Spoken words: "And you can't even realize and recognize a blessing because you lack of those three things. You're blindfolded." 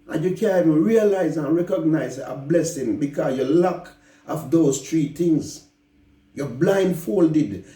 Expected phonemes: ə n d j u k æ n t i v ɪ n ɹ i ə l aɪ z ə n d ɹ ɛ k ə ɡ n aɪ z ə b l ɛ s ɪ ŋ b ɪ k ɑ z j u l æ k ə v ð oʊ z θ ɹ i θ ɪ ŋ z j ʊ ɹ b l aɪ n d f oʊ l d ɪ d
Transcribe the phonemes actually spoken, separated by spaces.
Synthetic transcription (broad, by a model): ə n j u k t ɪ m ɹ i ə l aɪ z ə n ɹ ɛ k ə ɡ n aɪ z ə b l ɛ s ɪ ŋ b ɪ k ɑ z j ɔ l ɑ k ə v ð oʊ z t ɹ i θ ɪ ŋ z j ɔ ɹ b l aɪ n d f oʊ l d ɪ d